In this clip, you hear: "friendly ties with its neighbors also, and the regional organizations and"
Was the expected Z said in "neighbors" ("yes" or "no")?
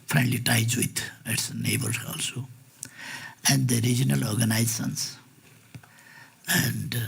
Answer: no